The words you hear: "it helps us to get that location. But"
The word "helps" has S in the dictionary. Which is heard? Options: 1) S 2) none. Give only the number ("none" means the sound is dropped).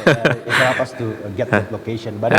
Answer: 2